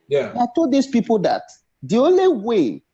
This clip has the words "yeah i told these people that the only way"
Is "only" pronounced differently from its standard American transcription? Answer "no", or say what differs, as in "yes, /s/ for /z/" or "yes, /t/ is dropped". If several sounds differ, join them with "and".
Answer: no